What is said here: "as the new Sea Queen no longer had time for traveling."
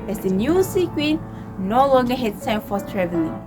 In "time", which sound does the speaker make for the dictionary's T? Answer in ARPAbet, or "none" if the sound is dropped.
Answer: S